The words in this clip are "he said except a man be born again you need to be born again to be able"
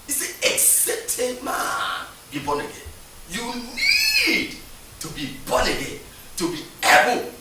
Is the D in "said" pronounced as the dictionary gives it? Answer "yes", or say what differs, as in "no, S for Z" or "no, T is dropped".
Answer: no, D is dropped